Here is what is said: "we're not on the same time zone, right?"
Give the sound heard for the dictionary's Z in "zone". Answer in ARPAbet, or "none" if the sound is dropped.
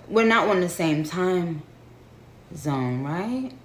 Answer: Z